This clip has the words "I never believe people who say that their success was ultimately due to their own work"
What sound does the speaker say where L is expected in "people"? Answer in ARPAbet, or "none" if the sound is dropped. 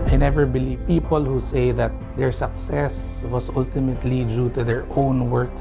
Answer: L